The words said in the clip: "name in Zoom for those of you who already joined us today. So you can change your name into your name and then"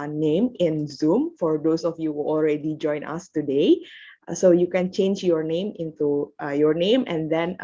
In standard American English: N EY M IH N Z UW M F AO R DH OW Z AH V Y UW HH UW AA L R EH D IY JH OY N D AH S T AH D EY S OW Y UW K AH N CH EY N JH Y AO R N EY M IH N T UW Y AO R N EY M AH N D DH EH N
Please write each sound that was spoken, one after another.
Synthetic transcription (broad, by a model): N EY M IH N Z UW M F AO R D OW S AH F Y UW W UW AA L R EH D IY JH OY N AH S T AH D EY S OW Y UW K AH N CH EY N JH Y AO R N EY M IH N T UW Y AO R N EY M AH N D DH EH N